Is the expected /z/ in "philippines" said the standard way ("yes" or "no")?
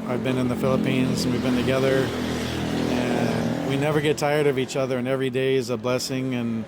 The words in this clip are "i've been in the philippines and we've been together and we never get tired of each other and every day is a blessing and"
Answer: yes